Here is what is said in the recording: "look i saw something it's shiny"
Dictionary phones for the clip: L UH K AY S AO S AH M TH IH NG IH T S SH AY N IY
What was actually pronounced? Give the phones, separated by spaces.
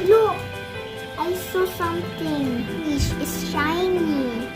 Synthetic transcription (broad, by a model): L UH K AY S AO S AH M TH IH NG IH S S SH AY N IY